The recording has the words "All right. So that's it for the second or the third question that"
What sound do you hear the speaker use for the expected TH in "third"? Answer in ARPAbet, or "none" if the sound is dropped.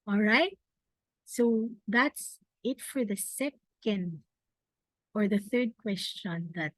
TH